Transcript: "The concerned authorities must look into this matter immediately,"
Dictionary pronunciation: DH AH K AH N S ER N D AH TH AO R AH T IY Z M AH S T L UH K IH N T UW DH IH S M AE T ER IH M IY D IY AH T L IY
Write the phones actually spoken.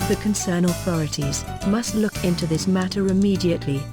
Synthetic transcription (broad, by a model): DH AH K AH N S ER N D AH TH AO R AH T IY Z M AH S T L UH K IH N T UW DH IH S M AE T ER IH M IY D IY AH T L IY